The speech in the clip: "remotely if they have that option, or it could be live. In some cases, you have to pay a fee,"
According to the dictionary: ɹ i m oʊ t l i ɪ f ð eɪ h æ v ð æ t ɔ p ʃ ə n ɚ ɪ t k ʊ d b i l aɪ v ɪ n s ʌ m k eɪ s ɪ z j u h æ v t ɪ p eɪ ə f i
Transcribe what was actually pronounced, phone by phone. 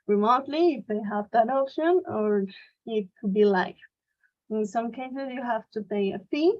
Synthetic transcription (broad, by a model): ɹ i m oʊ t l i ɪ f ð eɪ h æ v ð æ t ɔ p ʃ ə n ɚ ɪ t k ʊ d b i l aɪ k ɪ n s ʌ m k eɪ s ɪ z j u h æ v t ɪ p eɪ ə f i